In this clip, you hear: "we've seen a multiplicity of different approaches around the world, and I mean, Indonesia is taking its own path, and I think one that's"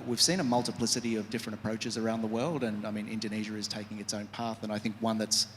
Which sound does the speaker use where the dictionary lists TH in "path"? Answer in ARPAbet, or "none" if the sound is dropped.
TH